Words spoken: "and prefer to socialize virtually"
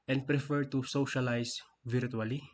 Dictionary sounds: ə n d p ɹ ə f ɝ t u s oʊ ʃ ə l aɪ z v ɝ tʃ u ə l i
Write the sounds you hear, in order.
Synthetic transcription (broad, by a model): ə n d p ɹ ə f ɝ t u s oʊ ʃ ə l aɪ s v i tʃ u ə l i